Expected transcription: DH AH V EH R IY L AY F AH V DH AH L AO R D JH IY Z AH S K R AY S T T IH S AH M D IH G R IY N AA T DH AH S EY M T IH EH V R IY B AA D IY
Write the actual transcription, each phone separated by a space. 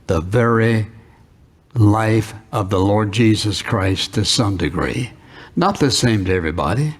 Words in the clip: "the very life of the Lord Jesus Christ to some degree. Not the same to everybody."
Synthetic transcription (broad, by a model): DH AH V EH R IY L AY F AH V DH AH L AO R D JH IY Z AH S K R AY S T T IH S AH M D IH G R IY N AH T DH AH S EY M T IH EH V R IY B AA D IY